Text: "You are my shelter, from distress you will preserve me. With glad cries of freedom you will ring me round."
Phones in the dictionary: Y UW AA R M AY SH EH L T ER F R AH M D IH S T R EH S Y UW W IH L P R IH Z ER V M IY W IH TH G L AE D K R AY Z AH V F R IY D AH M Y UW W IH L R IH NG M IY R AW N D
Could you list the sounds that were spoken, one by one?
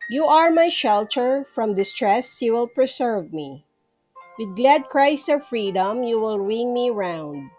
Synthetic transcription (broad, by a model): Y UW AA R M AY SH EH L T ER F R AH M D IH S T R EH S Y UW W IH L P R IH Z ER V M IY W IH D G L AE D K R AY S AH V F R IY D AH M Y UW W IH L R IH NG M IY R AW N D